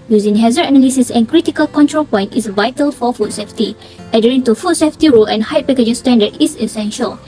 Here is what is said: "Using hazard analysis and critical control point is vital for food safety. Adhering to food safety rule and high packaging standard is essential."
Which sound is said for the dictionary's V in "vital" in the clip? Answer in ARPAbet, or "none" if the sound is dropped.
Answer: V